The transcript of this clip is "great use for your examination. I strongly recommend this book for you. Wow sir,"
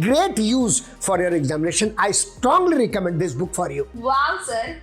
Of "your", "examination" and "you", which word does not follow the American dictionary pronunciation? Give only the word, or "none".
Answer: none